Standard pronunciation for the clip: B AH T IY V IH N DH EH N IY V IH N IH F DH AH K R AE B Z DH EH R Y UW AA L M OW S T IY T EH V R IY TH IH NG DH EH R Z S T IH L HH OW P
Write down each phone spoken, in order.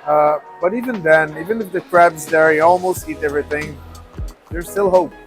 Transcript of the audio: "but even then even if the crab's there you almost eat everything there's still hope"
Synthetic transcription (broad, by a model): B AH T IY V IH N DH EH N IY V IH N IH F DH AH K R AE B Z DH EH R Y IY AA L M OW S T IY T EH V R IY TH IH NG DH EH R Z S T IH L HH OW P